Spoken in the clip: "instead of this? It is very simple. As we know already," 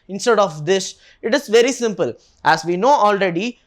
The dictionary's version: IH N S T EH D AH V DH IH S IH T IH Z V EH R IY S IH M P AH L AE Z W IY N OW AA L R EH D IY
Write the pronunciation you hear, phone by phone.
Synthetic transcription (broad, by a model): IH N S T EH D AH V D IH SH IH T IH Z V EH R IY S IH M P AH L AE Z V IY N OW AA L R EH D IY